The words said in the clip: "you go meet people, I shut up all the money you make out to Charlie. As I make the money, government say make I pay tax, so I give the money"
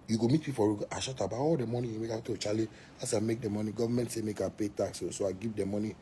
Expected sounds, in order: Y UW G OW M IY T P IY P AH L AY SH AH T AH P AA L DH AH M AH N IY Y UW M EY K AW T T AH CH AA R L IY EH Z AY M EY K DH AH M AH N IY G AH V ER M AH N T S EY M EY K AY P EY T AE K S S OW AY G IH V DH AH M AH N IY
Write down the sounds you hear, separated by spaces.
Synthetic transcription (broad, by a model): Y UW G OW M IY T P IY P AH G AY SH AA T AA B AA L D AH M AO N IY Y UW M EY K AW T T AH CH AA L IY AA S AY M EY K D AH M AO N IY G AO V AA M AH N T S EY M EY K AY P EY T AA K S S OW AY G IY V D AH M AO N IY